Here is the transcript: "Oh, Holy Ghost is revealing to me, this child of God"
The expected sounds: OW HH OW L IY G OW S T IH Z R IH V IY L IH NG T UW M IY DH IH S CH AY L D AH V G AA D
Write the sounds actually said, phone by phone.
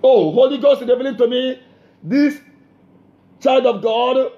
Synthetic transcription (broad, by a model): OW HH OW L IY G OW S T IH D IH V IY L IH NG T UW M IY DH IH S CH AY L D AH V G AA D